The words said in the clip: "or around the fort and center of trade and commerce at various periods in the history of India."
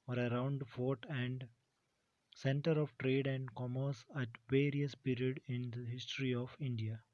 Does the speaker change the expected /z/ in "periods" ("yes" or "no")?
yes